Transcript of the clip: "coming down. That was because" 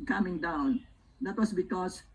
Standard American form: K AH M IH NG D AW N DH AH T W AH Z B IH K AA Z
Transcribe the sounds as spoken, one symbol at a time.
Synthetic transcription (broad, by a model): K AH M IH NG D AW N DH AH T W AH S B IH K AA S